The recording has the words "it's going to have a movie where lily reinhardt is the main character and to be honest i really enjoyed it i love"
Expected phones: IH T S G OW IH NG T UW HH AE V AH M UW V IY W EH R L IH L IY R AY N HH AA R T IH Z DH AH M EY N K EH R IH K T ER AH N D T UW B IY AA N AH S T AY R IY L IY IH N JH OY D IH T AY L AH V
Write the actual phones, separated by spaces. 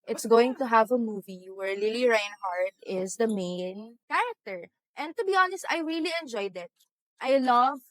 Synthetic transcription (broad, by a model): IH T S G OW IH NG T UW HH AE V AH M UW V IY W EH R L IH L IY R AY N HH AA R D IH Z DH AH M EY N K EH R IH K T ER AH N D T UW B IY AA N AH S T AY R IY L IY IH N JH OY D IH T AY L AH V